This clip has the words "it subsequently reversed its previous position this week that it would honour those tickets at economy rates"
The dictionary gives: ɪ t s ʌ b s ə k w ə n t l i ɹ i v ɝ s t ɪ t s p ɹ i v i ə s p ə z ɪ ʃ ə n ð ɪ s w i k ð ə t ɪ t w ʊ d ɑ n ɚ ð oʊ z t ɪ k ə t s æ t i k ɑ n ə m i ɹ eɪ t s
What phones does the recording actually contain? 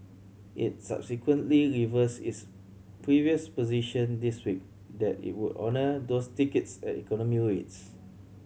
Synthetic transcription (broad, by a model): ɪ t s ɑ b s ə k w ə n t l i ɹ i v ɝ s ɪ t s p ɹ i v i ə s p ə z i ʃ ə n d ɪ s w i k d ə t ɪ t w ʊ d ɑ n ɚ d oʊ s t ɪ k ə t s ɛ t i k ɑ n ə m i ɹ eɪ t s